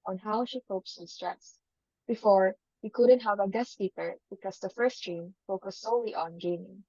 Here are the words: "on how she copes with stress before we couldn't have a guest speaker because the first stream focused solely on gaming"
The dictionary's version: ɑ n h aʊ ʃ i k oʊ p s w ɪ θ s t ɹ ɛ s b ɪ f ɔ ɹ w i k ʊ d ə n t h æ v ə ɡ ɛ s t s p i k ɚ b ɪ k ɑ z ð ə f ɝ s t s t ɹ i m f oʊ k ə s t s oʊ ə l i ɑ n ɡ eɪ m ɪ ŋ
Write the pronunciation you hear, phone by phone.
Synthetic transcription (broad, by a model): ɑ n h aʊ ʃ i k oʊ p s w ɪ s t ɹ ɛ s b ɪ f ɔ ɹ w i k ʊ d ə n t h æ v ə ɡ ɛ s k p i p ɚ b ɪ k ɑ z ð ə f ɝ s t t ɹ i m f oʊ k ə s s oʊ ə l i ɑ n ɡ eɪ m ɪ ŋ